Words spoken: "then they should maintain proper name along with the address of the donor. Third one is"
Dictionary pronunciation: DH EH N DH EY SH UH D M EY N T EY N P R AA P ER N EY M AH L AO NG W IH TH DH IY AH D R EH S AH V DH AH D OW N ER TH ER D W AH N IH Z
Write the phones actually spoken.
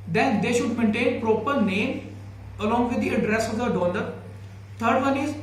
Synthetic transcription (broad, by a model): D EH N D EY SH UH D M EY N T EY N P R AA P ER N EY M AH L AO NG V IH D IY AH D R EH S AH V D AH D OW N ER T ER D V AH N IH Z